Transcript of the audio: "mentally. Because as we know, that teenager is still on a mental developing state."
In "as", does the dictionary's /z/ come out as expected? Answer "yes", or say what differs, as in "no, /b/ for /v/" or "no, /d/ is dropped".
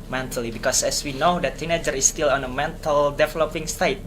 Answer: no, /s/ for /z/